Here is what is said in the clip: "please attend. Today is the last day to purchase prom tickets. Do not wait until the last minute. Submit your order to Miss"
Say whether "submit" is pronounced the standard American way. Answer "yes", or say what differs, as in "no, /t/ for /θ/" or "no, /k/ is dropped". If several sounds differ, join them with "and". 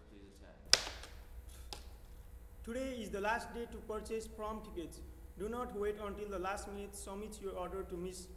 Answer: no, /b/ is dropped